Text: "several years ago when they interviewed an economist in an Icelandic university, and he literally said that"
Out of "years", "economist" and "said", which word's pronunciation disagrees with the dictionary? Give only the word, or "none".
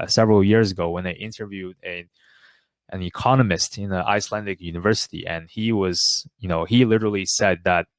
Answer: none